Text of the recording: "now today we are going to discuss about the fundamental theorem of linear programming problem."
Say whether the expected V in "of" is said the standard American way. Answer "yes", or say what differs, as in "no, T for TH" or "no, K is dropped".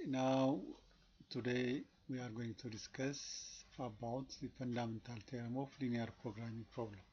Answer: no, F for V